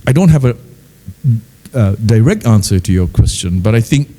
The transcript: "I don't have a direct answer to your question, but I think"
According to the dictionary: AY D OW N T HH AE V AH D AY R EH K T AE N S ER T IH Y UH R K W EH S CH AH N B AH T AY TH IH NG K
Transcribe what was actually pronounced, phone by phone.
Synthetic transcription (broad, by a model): AY D OW N T HH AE V AH D AY R EH K T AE N S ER T IH Y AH R K W EH S CH AH N B AH T AY TH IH NG K